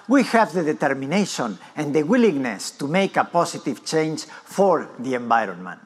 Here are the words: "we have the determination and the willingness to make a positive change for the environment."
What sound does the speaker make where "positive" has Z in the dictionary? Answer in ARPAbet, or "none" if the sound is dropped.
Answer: S